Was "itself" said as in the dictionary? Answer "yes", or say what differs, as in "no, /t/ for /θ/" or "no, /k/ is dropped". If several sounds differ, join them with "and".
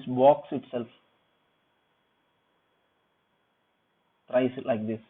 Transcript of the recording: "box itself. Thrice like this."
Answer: yes